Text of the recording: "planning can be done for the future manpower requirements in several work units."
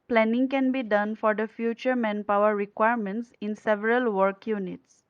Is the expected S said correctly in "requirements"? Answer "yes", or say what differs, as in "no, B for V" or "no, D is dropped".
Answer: yes